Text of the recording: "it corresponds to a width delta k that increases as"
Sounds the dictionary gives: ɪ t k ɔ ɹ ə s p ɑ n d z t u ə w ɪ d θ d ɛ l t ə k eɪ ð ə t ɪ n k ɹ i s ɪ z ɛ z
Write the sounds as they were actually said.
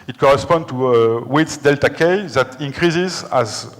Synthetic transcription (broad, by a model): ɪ t k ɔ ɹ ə s p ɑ n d t u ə w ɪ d s d ɛ l t ə k eɪ ð ə t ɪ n k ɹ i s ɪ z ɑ z